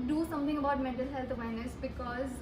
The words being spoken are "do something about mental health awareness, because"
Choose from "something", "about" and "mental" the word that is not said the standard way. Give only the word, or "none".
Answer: something